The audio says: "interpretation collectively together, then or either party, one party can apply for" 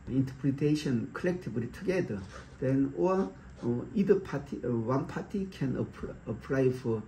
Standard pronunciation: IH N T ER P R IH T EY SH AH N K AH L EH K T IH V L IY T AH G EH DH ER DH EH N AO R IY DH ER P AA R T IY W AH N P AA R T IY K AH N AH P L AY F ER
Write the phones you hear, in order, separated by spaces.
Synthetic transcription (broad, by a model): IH N T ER P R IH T EY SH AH N K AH L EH K T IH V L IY T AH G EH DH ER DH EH N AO L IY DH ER P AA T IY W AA N P AA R T IY K AH N AH P L AY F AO